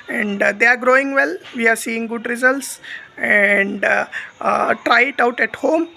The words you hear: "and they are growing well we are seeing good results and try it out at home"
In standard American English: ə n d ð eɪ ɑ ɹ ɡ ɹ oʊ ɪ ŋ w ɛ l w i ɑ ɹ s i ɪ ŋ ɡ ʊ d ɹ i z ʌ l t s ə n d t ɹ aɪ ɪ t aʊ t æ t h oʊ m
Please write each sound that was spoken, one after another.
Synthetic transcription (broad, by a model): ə n d eɪ ɑ ɹ ɡ ɹ oʊ ɪ ŋ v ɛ l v i ɑ ɹ s i ɪ ŋ ɡ ʊ d ɹ i z ʌ l t s ə n d t ɹ aɪ ɪ t aʊ t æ t h oʊ m